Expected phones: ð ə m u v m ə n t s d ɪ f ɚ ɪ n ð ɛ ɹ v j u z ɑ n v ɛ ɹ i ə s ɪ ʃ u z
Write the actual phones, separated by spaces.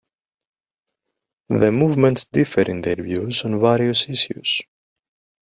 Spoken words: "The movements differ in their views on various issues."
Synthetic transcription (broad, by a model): ð ə m u v m ə n t s d ɪ f ɚ ɪ n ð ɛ ɹ v j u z ɑ n v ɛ ɹ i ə s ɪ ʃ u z